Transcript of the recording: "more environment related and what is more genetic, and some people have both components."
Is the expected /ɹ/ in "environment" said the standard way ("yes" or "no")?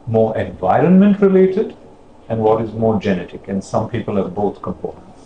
yes